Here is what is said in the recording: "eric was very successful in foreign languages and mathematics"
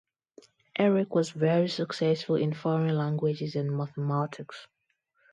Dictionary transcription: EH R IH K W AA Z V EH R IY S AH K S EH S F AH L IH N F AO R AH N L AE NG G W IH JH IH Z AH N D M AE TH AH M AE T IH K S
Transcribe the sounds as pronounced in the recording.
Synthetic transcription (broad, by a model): EH R IH K W AA Z V EH R IY S AH K S EH S F AH L IH N F AO R AH N L AE NG G W IH JH IH Z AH N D M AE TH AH M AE T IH K S